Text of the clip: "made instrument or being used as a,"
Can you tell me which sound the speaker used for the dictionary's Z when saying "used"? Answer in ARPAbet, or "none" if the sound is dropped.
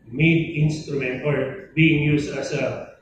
S